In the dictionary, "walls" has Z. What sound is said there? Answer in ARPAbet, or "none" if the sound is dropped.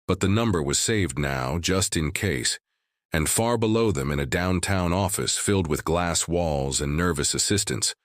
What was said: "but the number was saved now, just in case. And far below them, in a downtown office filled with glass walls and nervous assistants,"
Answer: Z